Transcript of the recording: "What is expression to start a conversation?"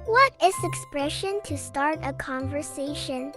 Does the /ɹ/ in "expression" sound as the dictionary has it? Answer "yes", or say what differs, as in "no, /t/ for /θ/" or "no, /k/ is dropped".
yes